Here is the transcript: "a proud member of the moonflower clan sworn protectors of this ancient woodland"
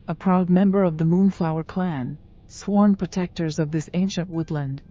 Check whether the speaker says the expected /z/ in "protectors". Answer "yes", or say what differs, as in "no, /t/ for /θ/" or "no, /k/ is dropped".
yes